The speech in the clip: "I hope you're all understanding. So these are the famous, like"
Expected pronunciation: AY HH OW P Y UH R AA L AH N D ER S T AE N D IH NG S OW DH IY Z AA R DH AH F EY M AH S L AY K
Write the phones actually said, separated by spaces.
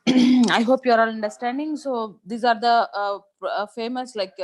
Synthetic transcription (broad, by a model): AY HH OW P Y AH R AA L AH N D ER S T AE N D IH NG S OW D IY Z AA R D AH F EY M AH S L AY K